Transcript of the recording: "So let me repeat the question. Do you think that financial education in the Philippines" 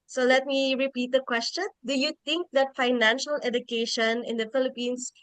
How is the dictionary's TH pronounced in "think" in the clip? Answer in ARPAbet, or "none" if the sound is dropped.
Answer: T